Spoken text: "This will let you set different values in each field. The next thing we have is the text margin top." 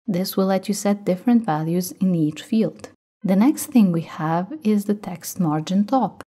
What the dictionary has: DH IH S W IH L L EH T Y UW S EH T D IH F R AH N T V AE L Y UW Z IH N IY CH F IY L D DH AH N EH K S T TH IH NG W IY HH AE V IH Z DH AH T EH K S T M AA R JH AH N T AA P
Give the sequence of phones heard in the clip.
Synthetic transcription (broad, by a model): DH IH S W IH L L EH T Y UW S EH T D IH F R AH N T V AE L Y UW Z IH N IY CH F IY L D DH AH N EH K S T TH IH NG W IY HH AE V IH Z DH AH T EH K S T M AA R JH AH N T AA P